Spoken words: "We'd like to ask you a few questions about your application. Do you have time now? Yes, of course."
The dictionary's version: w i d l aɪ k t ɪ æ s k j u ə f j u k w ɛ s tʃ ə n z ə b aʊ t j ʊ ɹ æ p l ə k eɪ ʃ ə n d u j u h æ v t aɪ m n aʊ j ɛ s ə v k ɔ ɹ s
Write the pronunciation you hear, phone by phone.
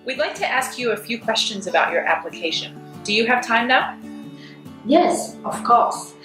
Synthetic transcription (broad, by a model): w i d l aɪ k t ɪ æ s k j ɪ ə f j u k w ɛ s tʃ ə n z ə b aʊ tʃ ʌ ɹ æ p l ə k eɪ ʃ ə n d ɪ j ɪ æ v t aɪ m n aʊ j ɛ s ə v k ɔ ɹ s